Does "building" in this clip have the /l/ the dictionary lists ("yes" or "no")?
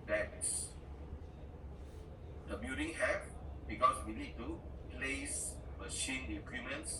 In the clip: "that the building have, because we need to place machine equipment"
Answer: no